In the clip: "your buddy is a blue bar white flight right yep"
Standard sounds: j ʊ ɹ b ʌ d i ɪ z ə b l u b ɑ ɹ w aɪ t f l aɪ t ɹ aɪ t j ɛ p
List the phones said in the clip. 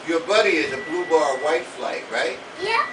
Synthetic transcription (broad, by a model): j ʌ ɹ b ʌ d i ɪ z ə b l u b ɑ ɹ w aɪ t f l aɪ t ɹ aɪ t j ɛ